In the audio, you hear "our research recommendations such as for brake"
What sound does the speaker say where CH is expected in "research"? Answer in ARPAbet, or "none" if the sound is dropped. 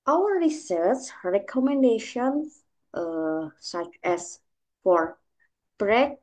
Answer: S